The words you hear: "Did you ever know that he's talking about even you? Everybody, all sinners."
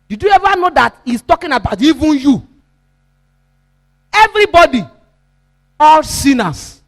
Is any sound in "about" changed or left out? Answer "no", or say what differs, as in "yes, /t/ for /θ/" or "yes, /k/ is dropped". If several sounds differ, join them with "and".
no